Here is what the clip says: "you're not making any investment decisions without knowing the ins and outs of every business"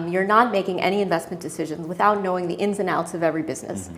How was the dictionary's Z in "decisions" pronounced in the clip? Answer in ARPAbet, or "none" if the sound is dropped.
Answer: Z